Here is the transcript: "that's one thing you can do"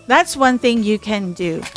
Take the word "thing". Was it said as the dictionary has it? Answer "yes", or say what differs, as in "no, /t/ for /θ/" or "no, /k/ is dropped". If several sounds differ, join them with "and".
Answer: yes